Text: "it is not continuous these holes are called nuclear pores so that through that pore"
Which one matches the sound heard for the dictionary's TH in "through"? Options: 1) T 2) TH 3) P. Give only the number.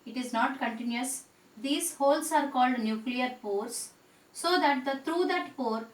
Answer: 1